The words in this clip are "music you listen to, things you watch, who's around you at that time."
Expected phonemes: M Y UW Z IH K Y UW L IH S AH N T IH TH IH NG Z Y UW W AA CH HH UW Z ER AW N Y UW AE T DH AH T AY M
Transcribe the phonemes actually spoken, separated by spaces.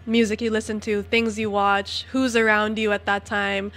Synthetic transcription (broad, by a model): M Y UW Z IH K Y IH L IH S AH N T IH TH IH NG Z Y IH W AA CH HH UW Z ER AW N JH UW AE T DH AH T AY M